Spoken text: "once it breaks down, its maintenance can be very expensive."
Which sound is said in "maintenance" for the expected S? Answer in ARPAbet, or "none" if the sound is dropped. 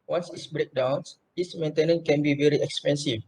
none